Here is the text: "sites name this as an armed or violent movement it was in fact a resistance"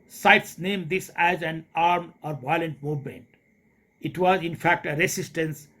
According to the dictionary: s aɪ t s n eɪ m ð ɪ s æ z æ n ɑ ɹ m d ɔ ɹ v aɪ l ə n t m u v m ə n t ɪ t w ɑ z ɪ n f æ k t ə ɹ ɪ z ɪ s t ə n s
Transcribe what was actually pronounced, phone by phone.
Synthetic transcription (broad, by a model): s aɪ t s n eɪ m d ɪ s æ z æ n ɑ ɹ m ɔ ɹ v aɪ l ə n t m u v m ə n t ɪ t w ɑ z ɪ n f æ k t ə ɹ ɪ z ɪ s t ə n s